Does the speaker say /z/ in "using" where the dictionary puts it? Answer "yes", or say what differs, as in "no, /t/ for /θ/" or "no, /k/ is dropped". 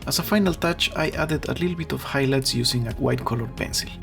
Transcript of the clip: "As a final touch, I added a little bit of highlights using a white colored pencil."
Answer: no, /s/ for /z/